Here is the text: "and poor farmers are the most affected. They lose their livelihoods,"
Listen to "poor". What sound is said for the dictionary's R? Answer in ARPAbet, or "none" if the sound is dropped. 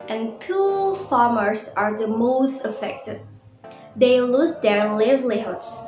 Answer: L